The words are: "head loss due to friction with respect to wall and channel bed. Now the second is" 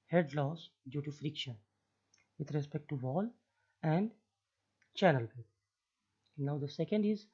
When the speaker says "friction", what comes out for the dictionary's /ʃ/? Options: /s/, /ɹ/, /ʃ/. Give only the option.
/ʃ/